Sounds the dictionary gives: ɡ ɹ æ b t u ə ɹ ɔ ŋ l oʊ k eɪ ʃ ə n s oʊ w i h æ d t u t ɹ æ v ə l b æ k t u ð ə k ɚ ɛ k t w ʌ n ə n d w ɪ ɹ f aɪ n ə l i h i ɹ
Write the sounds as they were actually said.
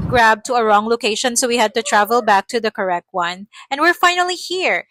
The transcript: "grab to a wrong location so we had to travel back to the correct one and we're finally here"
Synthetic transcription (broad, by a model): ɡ ɹ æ b t u ə ɹ ɔ ŋ l oʊ k eɪ ʃ ə n s oʊ w i h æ d t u t ɹ æ v ə l b æ k t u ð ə k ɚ ɛ k t w ʌ n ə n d w ɪ ɹ f aɪ n ə l i h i ɹ